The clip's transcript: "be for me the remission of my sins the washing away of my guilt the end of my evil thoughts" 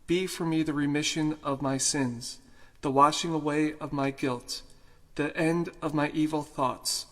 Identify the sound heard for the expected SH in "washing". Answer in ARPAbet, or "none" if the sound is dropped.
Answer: SH